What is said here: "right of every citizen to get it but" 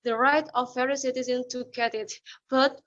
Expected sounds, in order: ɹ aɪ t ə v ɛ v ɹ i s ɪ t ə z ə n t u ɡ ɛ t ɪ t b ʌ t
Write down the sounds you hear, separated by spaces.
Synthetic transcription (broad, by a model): ɹ aɪ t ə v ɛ ɹ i s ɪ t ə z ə n t u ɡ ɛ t ɪ t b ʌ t